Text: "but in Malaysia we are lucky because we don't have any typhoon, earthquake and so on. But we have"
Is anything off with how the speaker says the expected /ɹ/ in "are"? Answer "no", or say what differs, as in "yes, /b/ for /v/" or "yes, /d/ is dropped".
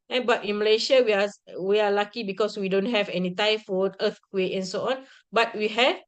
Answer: yes, /w/ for /ɹ/